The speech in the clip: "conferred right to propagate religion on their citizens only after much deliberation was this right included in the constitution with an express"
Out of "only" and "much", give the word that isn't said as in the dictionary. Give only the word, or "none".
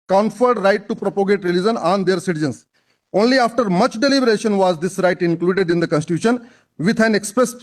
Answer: none